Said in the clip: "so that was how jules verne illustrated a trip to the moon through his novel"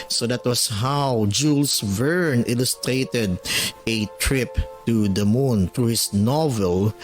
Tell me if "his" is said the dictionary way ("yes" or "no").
no